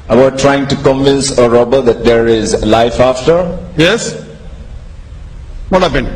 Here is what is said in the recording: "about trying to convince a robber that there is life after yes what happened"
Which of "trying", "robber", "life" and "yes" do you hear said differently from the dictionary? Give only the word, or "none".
none